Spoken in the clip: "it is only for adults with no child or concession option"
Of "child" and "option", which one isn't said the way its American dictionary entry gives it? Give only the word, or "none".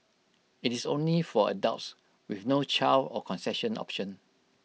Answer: child